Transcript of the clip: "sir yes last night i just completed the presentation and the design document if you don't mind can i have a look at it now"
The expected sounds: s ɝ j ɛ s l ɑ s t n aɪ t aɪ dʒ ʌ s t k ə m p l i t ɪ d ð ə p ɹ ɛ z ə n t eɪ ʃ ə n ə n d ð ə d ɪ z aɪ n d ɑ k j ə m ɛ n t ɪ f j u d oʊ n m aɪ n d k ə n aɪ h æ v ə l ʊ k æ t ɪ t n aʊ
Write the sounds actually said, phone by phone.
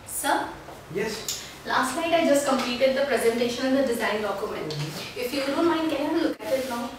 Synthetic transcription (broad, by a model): s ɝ j ɛ s l ɑ s t l aɪ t aɪ dʒ ʌ s t k ə m p l i t ɪ d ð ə p ɹ ɛ z ə n t eɪ ʃ ə n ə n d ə d ɪ z aɪ n d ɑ k j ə m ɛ n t ɪ f j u d oʊ n m aɪ n d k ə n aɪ ə l ʊ k æ t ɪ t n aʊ